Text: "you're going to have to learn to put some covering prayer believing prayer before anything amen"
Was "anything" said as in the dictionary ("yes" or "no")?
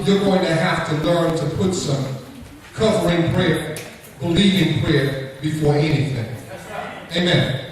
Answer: yes